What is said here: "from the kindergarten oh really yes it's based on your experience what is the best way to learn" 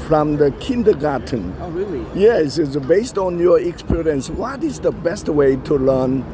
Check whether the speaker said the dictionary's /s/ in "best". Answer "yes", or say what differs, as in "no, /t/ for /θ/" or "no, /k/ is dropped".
yes